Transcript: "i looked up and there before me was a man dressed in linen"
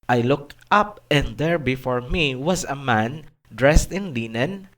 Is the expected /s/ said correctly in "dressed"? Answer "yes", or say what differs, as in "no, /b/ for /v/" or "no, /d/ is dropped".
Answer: yes